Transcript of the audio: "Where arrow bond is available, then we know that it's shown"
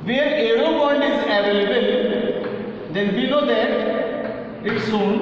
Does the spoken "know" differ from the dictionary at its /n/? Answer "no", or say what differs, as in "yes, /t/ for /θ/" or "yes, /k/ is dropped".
yes, /l/ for /n/